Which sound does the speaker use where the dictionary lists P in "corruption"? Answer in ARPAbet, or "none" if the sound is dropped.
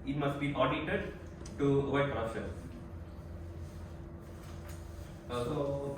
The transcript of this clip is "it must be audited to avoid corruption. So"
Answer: none